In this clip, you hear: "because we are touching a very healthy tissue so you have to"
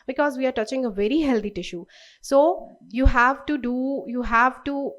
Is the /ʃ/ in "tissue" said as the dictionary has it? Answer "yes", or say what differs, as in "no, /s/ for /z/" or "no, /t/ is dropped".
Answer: yes